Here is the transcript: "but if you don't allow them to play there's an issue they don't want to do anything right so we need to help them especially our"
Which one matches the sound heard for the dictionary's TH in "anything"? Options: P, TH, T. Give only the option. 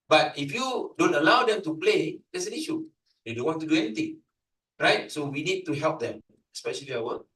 T